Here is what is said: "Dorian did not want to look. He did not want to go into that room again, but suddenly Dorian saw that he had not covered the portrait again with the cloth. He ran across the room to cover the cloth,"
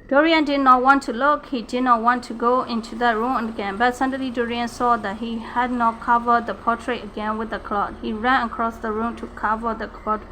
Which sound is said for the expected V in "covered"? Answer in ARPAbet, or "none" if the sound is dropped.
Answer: V